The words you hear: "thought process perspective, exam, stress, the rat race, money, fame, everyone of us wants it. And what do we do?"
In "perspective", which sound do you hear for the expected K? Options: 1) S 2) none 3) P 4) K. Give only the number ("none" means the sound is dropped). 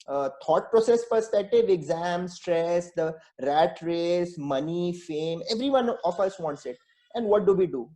2